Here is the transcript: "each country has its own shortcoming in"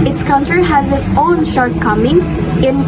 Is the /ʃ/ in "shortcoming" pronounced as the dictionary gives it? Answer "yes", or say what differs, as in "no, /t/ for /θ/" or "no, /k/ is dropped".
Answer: yes